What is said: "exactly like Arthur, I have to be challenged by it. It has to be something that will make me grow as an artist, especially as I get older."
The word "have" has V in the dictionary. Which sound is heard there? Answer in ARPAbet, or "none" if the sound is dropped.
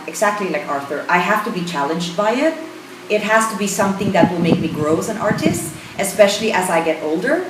F